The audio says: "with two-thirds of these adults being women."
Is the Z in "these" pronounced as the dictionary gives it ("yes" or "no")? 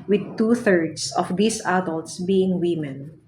no